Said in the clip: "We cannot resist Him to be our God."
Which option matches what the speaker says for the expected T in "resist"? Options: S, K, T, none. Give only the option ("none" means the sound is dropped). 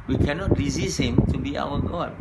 none